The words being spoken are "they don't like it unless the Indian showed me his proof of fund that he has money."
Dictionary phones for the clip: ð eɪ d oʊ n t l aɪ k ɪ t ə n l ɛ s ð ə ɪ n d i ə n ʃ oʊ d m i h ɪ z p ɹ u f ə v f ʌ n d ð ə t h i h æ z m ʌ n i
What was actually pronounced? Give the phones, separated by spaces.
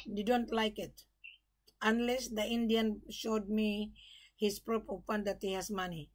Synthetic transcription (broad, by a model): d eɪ d oʊ n t l aɪ k ɪ t ə n l ɛ s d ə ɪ n d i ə n ʃ oʊ d m i h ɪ s p ɹ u p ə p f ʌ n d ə t h i h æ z m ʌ n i